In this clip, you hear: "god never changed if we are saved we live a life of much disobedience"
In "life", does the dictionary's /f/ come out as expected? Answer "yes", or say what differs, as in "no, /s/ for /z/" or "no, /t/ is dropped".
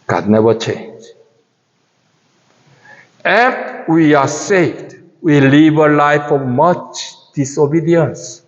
yes